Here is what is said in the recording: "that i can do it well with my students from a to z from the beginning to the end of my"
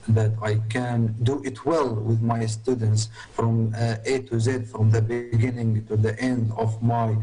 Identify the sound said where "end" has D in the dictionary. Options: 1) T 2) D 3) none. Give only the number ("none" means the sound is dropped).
2